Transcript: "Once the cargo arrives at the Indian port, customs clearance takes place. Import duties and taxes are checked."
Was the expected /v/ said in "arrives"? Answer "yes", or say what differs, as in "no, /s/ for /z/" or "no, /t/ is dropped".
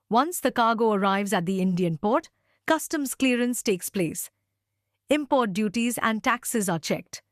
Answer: yes